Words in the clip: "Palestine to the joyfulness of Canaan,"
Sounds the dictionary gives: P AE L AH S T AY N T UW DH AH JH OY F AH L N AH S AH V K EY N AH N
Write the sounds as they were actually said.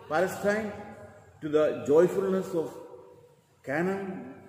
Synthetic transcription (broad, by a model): P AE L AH S T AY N T UW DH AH JH OY F AH L N AH S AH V K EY N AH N